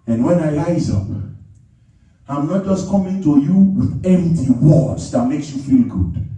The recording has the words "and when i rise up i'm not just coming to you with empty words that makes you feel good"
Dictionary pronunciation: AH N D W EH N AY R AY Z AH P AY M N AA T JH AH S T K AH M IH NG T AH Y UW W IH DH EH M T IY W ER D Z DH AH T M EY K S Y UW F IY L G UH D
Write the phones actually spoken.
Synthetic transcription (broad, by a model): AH N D W EH N AY L AY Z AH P AY M N AA T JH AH S K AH M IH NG T AH Y UW W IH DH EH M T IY W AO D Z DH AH T M EY K S Y UW F IY L G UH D